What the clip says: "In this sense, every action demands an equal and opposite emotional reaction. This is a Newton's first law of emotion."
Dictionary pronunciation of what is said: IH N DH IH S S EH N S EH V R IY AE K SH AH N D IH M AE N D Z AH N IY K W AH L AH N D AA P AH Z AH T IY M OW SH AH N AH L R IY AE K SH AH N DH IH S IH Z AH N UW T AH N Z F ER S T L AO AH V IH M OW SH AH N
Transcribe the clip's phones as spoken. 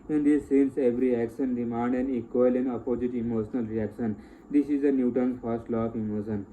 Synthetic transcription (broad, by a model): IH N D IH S S EH N S EH V R IY AE K SH AH N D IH M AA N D AH N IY K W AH L AH N D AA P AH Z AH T IY M OW SH AH N AH L R IY AE K SH AH N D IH S IH Z AH N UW T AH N F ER S T L AO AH F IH M OW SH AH N